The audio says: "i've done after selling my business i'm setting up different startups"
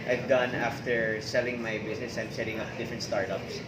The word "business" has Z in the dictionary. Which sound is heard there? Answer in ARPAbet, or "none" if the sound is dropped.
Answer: S